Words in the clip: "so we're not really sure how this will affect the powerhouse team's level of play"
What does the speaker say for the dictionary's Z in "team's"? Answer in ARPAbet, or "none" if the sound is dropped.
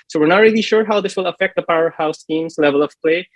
S